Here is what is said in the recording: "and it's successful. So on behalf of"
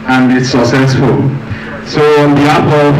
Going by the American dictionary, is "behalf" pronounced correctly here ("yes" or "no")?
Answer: no